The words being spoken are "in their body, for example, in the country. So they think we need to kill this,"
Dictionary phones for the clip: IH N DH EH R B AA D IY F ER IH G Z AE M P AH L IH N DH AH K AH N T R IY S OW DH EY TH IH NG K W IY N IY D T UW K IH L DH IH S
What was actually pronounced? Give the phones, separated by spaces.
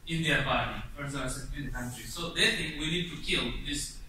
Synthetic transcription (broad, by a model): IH N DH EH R B AA D IY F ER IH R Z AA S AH N IH N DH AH K AH N T R IY S OW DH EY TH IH NG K W IY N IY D T UW K IH L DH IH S